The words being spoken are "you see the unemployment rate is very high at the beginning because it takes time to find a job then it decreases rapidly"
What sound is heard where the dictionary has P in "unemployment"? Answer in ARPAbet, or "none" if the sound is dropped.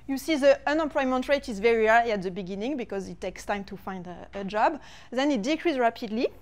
P